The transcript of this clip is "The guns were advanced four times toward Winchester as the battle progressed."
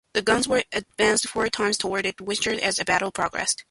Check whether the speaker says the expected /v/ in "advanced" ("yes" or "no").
yes